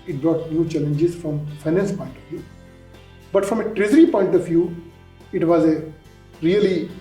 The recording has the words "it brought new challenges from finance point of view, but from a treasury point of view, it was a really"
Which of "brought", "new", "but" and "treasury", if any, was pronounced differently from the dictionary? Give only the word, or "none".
treasury